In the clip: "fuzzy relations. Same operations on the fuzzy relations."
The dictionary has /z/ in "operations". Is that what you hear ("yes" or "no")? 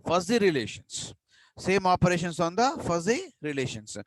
no